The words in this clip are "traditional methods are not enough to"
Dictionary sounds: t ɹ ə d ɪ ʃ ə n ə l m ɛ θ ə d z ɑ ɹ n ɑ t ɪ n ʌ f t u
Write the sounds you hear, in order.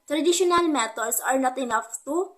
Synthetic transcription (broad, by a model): t ɹ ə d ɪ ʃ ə n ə l m ɛ t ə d s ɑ ɹ n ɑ t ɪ n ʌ f t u